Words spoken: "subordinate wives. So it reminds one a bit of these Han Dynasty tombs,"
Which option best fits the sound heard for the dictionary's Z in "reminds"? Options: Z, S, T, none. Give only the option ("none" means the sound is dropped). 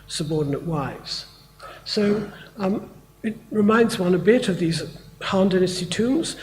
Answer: Z